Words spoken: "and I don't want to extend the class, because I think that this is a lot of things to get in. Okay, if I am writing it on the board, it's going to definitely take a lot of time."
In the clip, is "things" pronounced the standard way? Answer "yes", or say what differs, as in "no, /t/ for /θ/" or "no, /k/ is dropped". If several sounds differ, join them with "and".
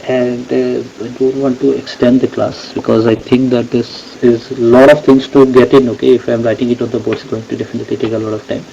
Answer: no, /t/ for /θ/